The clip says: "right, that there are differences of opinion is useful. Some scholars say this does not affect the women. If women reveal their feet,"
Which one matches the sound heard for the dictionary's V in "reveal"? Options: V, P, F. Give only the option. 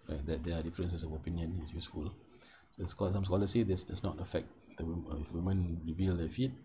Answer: V